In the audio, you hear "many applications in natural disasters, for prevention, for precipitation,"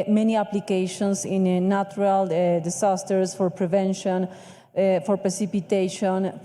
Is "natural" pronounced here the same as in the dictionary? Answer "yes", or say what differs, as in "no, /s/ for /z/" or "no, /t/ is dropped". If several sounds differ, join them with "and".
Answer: no, /tʃ/ is dropped